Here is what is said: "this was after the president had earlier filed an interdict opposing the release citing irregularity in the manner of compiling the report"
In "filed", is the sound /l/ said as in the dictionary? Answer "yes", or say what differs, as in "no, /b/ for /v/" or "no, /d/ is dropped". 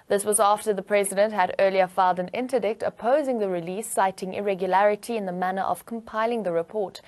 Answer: yes